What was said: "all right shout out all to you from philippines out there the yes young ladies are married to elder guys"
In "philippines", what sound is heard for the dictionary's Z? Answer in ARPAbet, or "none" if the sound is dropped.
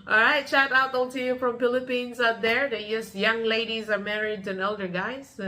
Z